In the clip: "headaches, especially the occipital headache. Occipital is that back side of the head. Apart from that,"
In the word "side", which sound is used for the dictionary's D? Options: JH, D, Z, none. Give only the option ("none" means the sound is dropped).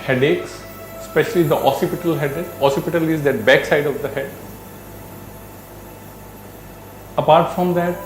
D